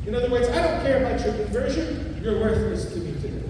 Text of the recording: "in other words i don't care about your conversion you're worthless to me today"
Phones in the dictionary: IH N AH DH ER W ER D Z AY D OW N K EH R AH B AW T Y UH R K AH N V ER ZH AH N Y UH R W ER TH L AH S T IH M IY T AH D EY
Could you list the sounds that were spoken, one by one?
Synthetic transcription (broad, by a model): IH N AH DH ER W ER D Z AY D OW N K EH R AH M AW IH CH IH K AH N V ER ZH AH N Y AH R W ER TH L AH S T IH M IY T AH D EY